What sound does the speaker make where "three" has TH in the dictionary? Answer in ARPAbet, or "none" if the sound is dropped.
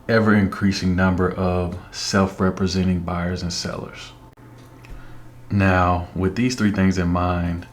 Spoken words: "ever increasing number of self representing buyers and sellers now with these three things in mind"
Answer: TH